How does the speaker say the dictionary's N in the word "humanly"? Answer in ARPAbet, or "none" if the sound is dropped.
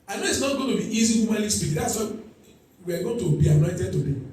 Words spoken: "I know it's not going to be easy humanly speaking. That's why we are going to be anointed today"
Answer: none